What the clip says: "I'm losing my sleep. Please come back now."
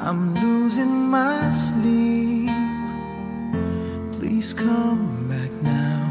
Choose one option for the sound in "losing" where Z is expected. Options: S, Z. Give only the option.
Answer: Z